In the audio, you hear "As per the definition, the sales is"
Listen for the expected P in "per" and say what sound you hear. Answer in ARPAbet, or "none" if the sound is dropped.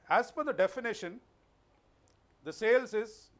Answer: F